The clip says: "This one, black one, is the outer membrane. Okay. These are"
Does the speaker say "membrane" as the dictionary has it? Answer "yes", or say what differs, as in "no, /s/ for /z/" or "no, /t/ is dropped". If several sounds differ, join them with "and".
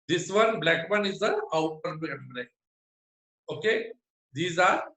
no, /n/ is dropped